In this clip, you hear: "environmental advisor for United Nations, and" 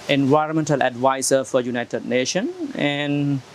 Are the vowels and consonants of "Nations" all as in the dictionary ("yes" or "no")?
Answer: no